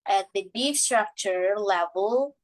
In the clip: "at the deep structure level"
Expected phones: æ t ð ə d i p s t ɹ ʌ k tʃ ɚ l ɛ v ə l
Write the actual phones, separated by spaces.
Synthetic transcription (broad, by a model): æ t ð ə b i f s t ɹ ʌ k tʃ ɚ l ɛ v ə l